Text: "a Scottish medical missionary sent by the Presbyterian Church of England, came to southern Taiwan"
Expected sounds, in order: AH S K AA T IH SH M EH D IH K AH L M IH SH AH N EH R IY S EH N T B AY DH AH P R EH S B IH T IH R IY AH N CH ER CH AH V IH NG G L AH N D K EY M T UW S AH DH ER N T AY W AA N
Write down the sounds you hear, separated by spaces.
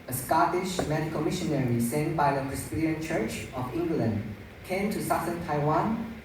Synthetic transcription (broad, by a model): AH S K AA T IH SH M EH D IH K AH L M IH SH AH N EH R IY S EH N B AY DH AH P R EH S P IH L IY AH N CH ER CH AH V IH NG G L AH N D K EY M T UW S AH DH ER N T AY W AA N